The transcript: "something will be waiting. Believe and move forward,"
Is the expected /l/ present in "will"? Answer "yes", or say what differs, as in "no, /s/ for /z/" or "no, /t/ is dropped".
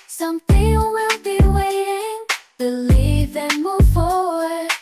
no, /n/ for /l/